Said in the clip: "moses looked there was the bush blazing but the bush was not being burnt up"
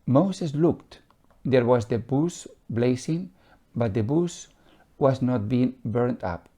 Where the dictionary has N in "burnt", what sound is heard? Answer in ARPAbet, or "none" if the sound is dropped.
N